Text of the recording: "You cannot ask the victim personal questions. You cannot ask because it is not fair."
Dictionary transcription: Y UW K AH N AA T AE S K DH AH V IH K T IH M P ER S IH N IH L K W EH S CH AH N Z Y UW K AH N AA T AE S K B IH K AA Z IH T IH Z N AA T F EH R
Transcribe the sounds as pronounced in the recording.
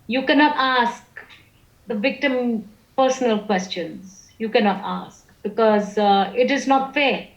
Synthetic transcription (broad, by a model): Y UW K AH N AA T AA S K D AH V IH K T IH M P ER S IH N IH L K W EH S CH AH N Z Y UW K AH N AA T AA S K B IH K AA Z IH T IH Z N AA T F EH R